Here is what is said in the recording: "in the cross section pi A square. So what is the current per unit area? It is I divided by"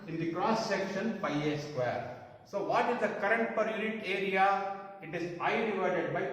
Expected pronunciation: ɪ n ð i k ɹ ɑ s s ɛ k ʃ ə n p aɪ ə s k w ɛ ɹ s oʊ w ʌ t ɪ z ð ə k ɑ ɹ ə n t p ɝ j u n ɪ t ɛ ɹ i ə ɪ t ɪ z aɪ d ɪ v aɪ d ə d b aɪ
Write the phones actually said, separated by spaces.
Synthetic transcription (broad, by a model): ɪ n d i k ɹ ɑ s s ɛ k ʃ ə n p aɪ ə s k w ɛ ɹ s oʊ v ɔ t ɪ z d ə k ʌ ɹ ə n t p ɝ j u n ɪ t ɛ ɹ i ə ɪ t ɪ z aɪ d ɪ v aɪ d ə d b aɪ